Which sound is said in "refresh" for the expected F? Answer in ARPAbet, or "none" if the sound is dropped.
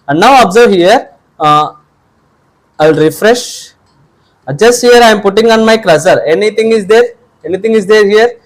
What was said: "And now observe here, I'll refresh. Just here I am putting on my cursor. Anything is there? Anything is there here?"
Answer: F